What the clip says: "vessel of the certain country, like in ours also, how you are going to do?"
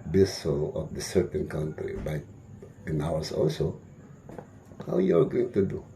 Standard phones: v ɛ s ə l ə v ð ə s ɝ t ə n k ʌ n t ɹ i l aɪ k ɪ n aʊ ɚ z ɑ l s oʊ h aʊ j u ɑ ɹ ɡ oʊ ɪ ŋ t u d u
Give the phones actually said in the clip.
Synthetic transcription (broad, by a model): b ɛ s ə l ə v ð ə s ɝ t ə n k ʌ n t ɹ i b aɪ ɪ n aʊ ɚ s ɑ l s oʊ h aʊ j u ɑ ɹ ɡ oʊ ɪ ŋ t u d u